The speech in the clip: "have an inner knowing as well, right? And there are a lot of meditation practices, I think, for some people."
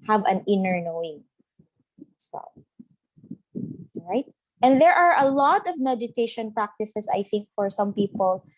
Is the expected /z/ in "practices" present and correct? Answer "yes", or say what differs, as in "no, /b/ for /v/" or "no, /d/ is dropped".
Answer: no, /s/ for /z/